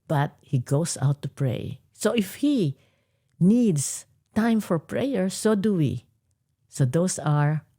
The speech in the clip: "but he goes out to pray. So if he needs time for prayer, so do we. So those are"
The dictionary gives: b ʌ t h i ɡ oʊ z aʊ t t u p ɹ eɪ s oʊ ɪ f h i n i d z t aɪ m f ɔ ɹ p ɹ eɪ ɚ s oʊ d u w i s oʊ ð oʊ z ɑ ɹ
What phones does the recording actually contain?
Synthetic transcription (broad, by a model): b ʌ t h i ɡ oʊ s aʊ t t u p ɹ eɪ s oʊ ɪ f h i n i d s t aɪ m f ɔ ɹ p ɹ eɪ ɚ s oʊ d u w i s oʊ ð oʊ s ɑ ɹ